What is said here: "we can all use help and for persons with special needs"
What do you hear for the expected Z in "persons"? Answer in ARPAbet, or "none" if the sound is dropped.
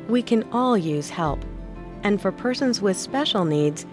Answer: Z